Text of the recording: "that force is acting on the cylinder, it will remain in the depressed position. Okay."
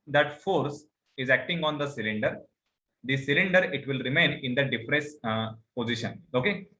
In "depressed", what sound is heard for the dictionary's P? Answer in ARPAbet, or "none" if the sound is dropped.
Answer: F